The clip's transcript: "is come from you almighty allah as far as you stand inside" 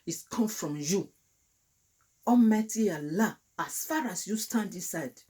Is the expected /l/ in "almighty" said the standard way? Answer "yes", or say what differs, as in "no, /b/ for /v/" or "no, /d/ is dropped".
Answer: no, /l/ is dropped